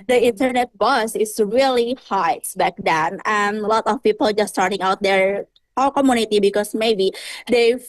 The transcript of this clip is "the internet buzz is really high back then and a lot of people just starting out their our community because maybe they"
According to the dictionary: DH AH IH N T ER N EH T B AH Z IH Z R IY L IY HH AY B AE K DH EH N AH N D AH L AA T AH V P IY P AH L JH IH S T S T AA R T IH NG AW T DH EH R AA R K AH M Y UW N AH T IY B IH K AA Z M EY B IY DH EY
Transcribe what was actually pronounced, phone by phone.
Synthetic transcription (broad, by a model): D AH IH N T ER N EH T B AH S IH S R IY L IY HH AY B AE K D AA N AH N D L AA T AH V P IY P AH L JH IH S S T AA R T IH NG AW T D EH R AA L K AH M Y UW N AH T IY B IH K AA S M EY B IY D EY